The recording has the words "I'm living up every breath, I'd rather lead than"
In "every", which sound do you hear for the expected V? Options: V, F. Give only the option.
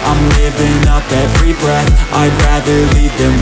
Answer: F